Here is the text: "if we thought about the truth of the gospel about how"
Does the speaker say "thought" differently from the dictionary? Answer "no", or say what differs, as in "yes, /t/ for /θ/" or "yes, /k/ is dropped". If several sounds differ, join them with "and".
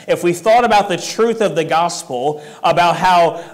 no